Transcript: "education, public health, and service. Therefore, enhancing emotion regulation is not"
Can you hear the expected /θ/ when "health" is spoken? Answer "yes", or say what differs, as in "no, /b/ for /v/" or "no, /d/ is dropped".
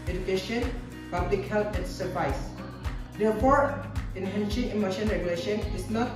no, /t/ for /θ/